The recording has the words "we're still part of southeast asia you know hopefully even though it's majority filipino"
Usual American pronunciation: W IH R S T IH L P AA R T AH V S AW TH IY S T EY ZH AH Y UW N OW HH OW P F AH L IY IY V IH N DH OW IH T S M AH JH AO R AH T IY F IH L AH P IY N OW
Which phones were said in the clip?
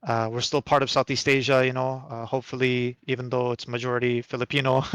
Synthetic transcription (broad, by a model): W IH R S T IH L P AA R T AH V S AW TH IY S T EY ZH AH Y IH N OW HH OW P F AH L IY IY V IH N DH OW IH T S M AH JH AO R AH T IY F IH L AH P IY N OW